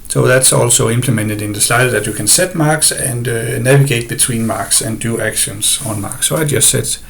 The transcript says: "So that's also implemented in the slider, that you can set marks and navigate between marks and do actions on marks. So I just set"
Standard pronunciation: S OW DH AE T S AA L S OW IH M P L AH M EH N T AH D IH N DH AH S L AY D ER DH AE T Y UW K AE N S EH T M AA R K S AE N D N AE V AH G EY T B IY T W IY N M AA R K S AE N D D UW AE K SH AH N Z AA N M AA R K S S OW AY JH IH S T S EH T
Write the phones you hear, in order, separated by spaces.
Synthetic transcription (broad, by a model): S OW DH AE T S AA L S OW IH M P L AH M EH N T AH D IH N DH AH S L AY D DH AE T Y UW K AE N S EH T M AA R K S AE N D N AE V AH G EY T B IY T W IY N M AA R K S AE N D D UW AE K SH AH N S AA N M AA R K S S OW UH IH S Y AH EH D